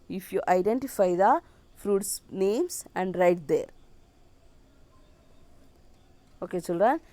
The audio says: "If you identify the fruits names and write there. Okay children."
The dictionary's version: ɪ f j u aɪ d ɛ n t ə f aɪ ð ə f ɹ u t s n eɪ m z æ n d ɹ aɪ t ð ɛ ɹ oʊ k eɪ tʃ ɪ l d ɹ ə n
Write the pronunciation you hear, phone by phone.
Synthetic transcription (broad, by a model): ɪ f j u aɪ d ɛ n t ə f aɪ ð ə f ɹ u t s n eɪ m s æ n d ɹ aɪ t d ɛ ɹ oʊ k eɪ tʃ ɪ l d ɹ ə n